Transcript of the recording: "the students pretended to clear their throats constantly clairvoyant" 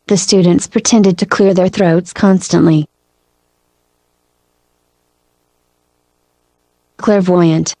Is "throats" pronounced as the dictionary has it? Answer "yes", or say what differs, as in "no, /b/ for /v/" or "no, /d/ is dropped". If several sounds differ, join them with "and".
yes